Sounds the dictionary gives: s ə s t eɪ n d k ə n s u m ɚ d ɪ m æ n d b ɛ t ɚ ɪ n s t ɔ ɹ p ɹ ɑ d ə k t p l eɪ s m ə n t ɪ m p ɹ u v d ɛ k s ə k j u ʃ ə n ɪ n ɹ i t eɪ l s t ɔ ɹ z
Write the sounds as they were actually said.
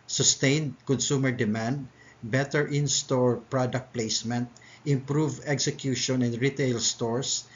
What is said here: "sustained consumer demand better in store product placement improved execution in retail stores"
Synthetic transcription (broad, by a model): s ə s t eɪ n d k ə n s u m ɚ d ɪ m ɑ n d b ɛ t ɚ ɪ n s t ɔ ɹ p ɹ ɑ d ə k t p l eɪ s m ə n t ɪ m p ɹ u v ɛ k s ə k j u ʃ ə n ɪ n ɹ i t eɪ l s t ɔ ɹ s